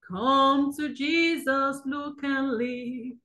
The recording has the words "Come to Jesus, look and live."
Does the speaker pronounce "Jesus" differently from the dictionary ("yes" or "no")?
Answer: no